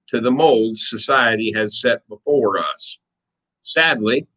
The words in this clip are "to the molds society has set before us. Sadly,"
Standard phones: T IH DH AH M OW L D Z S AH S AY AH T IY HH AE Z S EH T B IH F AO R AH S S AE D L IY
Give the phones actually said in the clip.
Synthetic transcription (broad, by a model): T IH DH AH M OW L D Z S AH S AY AH T IY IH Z S EH T B IH F AO R AH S S AE D L IY